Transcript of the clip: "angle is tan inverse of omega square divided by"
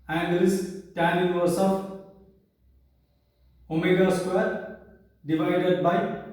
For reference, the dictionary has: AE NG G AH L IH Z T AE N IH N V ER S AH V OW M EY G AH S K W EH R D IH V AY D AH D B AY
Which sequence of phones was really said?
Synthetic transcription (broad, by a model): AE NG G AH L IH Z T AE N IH V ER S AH F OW M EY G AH S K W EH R D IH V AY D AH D B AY